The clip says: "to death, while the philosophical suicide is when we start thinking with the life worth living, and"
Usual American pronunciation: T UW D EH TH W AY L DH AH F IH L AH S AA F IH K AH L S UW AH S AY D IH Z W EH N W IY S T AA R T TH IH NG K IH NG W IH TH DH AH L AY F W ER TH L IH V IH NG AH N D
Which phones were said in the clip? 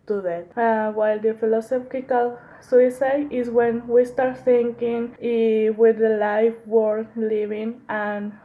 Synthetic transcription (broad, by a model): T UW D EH T W AY L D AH F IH L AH S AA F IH K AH L S UW AH S AY D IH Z W EH N W IY S T AA R T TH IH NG K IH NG W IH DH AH L AY F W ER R L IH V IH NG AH N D